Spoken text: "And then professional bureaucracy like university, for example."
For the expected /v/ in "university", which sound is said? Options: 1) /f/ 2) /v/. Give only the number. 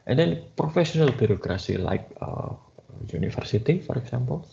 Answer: 1